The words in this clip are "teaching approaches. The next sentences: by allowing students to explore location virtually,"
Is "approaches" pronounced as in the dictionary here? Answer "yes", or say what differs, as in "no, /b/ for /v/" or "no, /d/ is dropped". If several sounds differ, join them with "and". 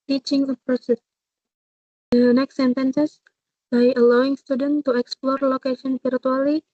no, /s/ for /tʃ/